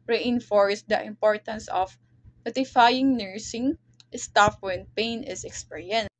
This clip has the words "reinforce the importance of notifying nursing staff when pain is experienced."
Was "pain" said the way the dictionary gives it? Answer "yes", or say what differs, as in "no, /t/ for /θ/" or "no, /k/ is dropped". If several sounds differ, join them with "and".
yes